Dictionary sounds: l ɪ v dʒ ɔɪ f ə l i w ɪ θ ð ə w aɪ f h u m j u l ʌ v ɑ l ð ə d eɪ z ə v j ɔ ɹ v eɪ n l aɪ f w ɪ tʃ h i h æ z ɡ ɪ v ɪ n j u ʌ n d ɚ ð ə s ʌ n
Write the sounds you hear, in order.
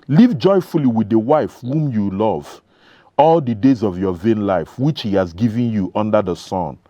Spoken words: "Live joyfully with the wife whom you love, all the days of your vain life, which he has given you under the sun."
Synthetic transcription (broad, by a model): l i v dʒ ɔɪ f ə l i w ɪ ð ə w aɪ f h u m j u l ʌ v ɑ l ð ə d eɪ z ə v j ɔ v eɪ n l aɪ f w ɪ tʃ h i h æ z ɡ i v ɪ n j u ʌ n d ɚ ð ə s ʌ n